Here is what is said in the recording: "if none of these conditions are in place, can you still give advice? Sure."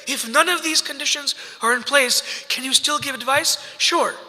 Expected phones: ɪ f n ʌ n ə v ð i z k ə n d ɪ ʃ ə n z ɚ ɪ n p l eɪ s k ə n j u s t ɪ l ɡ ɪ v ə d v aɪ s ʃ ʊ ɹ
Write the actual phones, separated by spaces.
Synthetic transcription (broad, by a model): ɪ f n ʌ n ə v ð i z k ə n d ɪ ʃ ə n z ɚ ɪ n p l eɪ s k ə n j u s t ɪ l ɡ ɪ v ə d v aɪ s ʃ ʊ ɹ